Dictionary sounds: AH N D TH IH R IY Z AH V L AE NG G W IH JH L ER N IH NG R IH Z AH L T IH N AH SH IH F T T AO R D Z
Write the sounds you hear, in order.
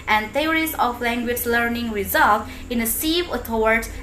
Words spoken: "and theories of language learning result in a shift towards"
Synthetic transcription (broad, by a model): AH N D T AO R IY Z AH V L AE NG G W IH JH L ER N IH NG R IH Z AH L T IH N AH S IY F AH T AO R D